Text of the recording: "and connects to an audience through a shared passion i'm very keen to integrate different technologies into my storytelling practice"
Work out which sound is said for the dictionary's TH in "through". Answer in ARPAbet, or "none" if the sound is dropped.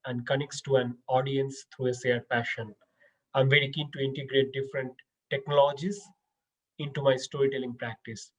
T